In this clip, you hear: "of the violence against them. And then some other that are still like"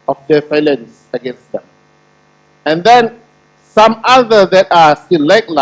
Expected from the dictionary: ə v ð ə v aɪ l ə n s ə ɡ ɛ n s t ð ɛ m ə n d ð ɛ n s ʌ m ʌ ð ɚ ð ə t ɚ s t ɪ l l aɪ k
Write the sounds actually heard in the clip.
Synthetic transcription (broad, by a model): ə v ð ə f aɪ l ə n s ə ɡ ɛ n s t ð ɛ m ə n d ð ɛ n s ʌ m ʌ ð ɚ ð ə t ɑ s t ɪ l l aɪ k